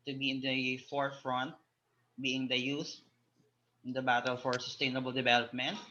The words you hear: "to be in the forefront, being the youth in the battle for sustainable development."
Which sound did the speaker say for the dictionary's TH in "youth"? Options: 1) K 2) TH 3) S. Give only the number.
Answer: 3